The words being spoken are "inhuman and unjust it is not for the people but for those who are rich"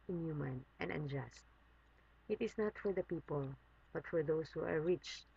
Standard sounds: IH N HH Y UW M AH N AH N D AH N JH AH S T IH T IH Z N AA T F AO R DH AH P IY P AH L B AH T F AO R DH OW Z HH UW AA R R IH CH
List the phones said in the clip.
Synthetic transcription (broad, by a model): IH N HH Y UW M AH N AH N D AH N JH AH S T IH T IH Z N AA T F AO R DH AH P IY P AH L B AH T F AO R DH OW S HH UW AA R R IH CH